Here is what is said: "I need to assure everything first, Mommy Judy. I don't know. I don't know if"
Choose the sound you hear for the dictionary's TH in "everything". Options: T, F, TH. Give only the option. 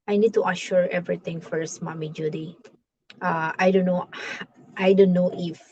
T